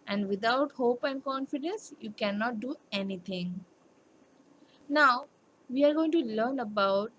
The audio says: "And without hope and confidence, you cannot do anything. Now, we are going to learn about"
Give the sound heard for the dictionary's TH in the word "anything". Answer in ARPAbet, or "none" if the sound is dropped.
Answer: T